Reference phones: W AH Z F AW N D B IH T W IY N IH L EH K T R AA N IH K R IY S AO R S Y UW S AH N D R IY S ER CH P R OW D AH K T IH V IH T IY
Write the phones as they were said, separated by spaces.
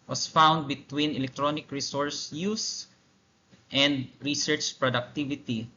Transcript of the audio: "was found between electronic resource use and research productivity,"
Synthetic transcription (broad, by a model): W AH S F AW N D B IH T W IY N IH L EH K T R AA N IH K R IY S AO R S Y UW S AH N D R IY S ER CH P R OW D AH K T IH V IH T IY